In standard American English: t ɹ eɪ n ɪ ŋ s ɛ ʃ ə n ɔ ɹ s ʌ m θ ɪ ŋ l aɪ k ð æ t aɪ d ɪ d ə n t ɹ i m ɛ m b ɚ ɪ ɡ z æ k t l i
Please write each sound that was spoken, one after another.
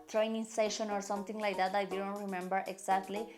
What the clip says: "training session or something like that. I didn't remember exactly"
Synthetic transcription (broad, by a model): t ɹ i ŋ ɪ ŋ s ɛ ʃ ə n ɔ ɹ s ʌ m t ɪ ŋ l aɪ k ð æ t aɪ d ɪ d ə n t ɹ i m ɛ m b ɚ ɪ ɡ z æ k t l i